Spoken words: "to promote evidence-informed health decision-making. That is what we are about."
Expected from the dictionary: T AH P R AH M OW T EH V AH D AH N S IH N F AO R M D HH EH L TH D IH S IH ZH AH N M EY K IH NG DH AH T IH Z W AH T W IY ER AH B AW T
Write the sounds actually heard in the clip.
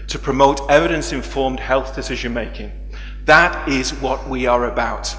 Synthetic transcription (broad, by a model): T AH P R AH M OW T EH V AH D AH N S IH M F AO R M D HH EH L TH D IH S IH ZH AH N M EY K IH NG DH AH T IH Z W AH T W IY ER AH B AW T